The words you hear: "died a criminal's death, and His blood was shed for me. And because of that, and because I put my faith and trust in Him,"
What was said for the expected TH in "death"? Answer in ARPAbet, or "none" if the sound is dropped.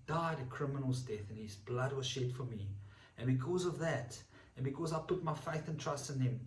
TH